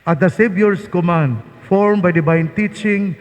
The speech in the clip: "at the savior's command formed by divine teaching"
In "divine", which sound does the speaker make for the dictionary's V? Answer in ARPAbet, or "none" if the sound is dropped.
B